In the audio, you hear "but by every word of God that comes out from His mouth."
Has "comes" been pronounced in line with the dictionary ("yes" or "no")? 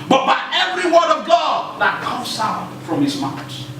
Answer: no